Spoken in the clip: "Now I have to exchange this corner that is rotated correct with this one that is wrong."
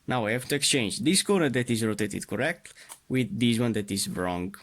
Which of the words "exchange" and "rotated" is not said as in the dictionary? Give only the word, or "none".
none